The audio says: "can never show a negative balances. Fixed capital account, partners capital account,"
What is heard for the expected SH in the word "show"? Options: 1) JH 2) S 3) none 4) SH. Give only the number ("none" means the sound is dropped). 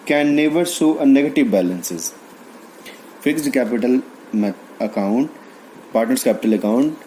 2